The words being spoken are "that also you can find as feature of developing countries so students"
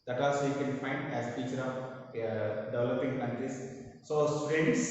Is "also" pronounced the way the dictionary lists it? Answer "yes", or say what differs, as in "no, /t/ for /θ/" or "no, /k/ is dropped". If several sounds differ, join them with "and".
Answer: no, /l/ is dropped